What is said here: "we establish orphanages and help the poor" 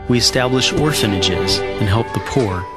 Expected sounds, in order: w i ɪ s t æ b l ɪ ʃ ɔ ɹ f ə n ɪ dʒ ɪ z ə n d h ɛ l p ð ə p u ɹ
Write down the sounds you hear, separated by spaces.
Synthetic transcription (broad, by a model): w i ɪ s t æ b l ɪ ʃ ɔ ɹ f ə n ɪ dʒ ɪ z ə n h ɛ l p ð ə p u ɹ